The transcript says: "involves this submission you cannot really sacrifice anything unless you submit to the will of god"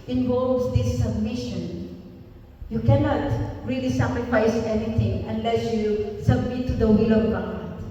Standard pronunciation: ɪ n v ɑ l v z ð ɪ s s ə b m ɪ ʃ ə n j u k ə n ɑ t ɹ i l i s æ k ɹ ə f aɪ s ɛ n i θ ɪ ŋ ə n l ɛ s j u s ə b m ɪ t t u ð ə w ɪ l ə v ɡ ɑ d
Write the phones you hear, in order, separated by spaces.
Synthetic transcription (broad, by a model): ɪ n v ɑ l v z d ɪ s s ə b m ɪ ʃ ə n j u k ə n ɑ t ɹ i l i s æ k ɹ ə f aɪ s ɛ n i t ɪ ŋ ə n l ɛ s j u s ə b m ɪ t t u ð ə w ɪ l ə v ɡ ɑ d